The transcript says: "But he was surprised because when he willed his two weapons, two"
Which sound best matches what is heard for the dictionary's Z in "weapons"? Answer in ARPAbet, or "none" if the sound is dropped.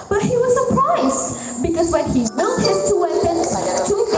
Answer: none